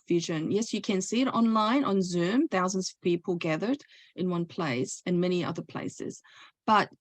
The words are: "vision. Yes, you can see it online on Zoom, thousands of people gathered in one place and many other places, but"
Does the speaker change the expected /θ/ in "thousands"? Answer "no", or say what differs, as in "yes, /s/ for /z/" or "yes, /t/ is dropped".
no